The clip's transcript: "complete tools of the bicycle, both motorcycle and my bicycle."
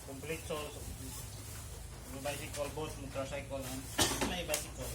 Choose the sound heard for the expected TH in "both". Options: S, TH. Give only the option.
S